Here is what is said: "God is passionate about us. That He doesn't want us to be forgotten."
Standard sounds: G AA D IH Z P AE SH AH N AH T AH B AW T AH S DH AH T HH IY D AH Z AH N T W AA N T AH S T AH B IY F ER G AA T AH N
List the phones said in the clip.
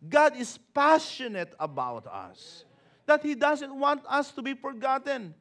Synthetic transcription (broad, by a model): G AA D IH S P AE SH AH N AH T AH B AW T AH S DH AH T HH IY D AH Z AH N T W AA N T AH S T AH B IY F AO G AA T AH N